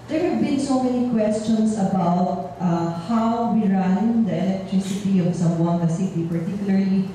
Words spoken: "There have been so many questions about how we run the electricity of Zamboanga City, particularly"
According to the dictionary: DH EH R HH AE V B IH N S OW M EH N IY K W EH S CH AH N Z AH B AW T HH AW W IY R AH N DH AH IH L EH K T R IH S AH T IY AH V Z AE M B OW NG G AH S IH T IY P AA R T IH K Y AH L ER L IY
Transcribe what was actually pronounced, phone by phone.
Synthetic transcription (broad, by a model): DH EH R HH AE V B IH N S OW M EH N IY K W EH S CH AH N S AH B AW T HH AW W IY R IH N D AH IH L EH K T R IH S AH T IY AH V S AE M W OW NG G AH S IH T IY P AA R T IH K Y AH L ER L IY